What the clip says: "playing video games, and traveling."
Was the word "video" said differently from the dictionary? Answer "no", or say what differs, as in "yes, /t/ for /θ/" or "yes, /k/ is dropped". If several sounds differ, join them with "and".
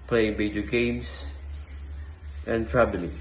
yes, /b/ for /v/